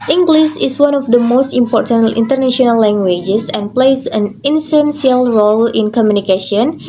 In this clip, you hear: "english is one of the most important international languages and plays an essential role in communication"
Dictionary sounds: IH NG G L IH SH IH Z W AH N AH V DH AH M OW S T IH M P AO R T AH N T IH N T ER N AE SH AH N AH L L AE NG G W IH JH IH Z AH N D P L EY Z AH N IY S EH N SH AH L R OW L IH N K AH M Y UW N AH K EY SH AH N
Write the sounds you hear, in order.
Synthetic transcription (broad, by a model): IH NG G L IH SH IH S W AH N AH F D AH M OW S T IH M P AO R T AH N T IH N T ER N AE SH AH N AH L L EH NG G W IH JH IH S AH N P L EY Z AH N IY S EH N S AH L R OW L IH N K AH M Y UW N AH K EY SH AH N